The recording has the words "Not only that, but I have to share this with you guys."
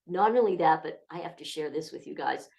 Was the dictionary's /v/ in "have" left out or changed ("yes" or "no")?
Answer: yes